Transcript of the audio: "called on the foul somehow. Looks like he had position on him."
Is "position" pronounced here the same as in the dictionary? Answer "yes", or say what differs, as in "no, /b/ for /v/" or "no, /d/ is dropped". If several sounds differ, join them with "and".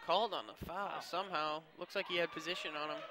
yes